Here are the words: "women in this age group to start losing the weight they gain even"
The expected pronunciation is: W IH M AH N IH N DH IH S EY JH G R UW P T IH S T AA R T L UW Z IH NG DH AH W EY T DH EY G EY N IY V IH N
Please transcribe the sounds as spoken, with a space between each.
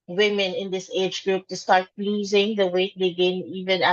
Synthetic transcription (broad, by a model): W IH M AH N IH N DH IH S EY JH G R UW P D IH S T AA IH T L UW Z IH NG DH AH W EY T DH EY G EY N IY V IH N